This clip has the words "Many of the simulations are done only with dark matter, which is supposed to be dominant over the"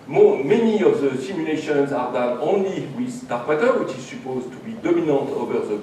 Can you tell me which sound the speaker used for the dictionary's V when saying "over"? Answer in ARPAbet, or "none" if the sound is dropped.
V